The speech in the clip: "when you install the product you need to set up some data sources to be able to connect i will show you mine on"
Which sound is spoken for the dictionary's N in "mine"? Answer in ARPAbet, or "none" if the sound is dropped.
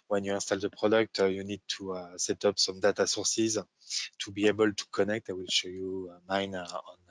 N